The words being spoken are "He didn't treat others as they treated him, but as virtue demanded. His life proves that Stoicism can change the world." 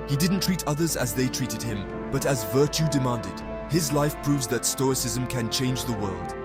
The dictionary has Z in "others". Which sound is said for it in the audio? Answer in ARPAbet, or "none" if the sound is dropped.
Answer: Z